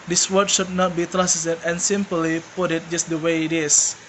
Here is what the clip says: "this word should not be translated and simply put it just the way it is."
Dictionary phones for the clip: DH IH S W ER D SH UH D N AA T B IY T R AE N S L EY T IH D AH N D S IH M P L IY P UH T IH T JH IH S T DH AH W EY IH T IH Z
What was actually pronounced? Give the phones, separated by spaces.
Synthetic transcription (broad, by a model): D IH S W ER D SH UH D N AA T B IY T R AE S EY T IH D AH N S IH M P L IY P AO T IH T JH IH S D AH W EY IH T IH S